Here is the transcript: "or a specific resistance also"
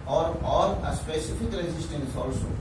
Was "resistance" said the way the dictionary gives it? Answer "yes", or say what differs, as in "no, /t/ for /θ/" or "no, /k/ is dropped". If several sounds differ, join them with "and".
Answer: no, /l/ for /ɹ/